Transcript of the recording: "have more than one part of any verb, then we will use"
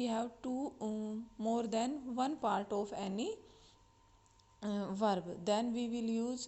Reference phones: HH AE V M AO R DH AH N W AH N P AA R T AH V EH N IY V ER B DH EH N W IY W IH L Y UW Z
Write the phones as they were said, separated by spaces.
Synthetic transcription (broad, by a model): HH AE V M AO R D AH N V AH N P AA R T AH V EH N IY V ER B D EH N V IY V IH L Y UW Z